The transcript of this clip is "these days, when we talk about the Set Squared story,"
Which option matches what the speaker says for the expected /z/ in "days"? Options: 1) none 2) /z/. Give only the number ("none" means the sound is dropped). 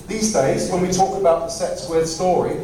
2